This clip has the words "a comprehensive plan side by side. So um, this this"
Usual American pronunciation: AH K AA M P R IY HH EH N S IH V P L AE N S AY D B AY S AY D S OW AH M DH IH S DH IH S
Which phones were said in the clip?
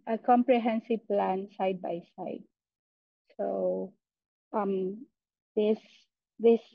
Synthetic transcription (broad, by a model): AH K AA M P R IY HH EH N S IH V P L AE N S AY D B AY S AY D S OW AH M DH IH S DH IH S